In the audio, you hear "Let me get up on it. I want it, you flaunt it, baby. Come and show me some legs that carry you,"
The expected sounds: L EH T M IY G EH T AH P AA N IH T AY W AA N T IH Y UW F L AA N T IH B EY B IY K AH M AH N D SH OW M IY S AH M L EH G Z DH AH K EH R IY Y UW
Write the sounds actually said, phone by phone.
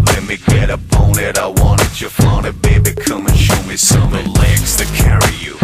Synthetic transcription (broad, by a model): L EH T M IY G EH T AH B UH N IH T AY W AA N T IH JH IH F AA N IH B EY B IY K AH M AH N SH OW M IY S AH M L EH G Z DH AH K EH R IY Y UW